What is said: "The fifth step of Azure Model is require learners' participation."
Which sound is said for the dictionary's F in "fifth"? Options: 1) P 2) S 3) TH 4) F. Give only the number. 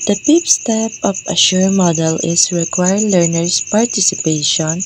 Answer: 1